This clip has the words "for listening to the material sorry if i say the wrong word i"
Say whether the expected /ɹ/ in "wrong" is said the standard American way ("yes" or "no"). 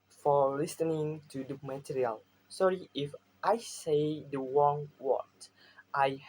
no